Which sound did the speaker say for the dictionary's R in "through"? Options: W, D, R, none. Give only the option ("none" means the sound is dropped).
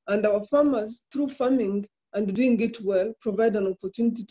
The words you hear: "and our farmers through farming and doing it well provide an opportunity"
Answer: R